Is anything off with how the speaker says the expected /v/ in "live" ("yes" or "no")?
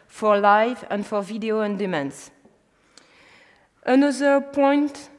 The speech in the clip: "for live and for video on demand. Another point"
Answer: no